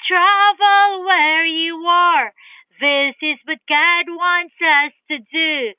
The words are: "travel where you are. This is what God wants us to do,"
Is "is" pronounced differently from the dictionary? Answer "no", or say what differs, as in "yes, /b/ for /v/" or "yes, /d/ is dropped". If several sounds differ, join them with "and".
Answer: no